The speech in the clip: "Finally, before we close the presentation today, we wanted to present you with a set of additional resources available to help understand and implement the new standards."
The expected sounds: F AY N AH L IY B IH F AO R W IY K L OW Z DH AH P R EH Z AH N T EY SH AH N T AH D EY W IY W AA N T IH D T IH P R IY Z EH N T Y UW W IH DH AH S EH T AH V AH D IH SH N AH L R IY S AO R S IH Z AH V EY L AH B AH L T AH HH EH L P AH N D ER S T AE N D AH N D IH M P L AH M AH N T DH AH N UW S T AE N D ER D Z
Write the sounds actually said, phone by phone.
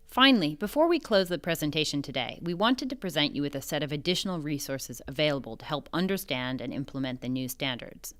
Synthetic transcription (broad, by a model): F AY N L IY B IH F AO R W IY K L OW Z DH AH P R EH Z AH N T EY SH AH N T AH D EY W IY W AA N T IH D T IH P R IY Z EH N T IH W IH DH AH S EH T AH V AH D IH SH N L R IY S AO R S IH Z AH V EY L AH B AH L T AH HH EH L P AH N D ER S T AE N D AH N IH M P L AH M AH N DH AH N UW S T AE N D ER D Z